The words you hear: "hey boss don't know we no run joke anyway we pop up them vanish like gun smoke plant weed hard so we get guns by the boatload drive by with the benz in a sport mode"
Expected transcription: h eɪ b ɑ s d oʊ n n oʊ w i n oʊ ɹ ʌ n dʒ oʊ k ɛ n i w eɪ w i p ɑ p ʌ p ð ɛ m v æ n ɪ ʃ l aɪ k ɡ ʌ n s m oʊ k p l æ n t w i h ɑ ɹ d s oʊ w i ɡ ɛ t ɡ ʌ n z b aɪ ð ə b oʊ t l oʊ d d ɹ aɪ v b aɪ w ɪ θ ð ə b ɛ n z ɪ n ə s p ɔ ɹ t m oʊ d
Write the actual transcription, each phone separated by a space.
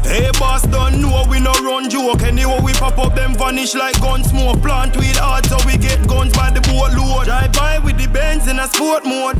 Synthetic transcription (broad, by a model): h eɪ b ɑ s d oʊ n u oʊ w i n oʊ ɹ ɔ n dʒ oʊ k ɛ n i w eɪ w i p ɑ p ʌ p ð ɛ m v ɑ n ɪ ʃ l aɪ k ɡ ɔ n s m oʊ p l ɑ n t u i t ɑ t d s oʊ w i ɡ ɛ t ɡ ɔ n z b aɪ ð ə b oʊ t l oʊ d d aɪ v b aɪ w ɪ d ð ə b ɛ n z ɪ n ə s p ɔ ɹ t m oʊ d